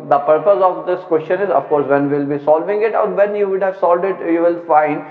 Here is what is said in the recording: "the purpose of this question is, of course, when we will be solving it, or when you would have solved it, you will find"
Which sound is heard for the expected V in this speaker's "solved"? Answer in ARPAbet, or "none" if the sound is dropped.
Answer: none